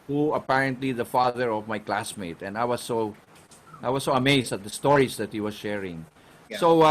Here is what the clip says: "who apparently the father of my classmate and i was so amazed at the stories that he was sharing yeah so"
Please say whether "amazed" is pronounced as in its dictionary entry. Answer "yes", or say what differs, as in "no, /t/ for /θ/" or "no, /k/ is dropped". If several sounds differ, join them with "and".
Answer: no, /s/ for /z/